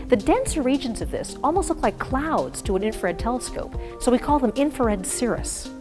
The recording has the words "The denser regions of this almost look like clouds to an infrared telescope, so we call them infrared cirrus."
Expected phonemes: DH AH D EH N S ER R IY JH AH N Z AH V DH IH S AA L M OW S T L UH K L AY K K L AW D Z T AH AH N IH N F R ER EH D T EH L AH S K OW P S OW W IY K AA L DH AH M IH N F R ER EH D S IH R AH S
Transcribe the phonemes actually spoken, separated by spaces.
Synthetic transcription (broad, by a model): DH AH D EH N S ER R IY JH AH N Z AH V DH IH S AA L M OW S T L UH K L AY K K L AW D Z T AH AH N IH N F ER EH D T EH L AH S K OW P S OW W IY K AA L DH AH M IH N F ER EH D S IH R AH S